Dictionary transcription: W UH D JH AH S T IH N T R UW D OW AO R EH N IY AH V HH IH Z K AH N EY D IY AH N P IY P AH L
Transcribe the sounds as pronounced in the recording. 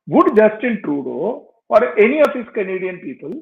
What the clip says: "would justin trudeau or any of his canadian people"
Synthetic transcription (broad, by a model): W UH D JH AH S T IH N T R UW D OW AO R EH N IY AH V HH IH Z K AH N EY D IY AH N P IY P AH L